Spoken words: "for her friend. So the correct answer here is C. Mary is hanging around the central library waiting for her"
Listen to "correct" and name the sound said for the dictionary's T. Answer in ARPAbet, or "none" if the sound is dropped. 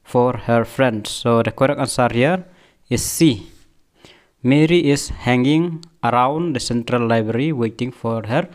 none